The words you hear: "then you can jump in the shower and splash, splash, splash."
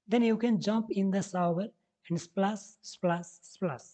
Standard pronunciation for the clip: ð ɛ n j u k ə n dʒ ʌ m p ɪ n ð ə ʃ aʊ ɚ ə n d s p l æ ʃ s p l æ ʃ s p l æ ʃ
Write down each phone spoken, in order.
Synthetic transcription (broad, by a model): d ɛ n j u k ə n dʒ ʌ m p ɪ n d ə s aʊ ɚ ə n d s p l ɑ s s p l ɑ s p l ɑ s